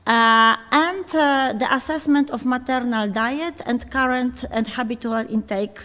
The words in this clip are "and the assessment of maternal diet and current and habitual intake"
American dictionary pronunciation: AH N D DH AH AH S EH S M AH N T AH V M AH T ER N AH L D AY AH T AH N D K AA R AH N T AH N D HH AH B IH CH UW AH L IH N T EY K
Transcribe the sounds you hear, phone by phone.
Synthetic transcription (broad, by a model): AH N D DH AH AH S EH S M AH N T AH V M AH T ER N AH L D AY AH T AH N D K AA R AH N T AH N D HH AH B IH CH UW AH L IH N T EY K